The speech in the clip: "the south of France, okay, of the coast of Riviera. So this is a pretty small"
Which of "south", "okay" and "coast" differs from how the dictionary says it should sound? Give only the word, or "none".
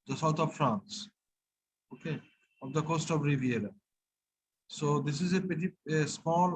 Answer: south